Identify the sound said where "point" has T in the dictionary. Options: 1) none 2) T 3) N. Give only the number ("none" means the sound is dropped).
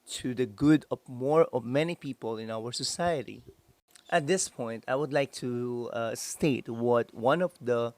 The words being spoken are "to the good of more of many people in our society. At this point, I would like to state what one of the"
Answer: 2